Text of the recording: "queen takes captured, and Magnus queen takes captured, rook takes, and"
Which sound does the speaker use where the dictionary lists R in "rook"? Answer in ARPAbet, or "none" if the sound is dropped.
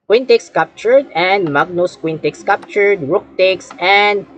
R